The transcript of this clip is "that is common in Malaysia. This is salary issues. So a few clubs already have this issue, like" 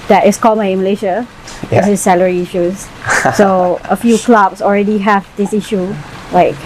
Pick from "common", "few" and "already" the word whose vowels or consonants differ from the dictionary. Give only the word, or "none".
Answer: common